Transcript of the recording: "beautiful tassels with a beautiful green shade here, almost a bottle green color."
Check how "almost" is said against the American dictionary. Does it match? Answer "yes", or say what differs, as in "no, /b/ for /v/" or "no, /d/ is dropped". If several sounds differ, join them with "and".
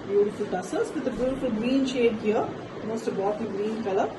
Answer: no, /l/ is dropped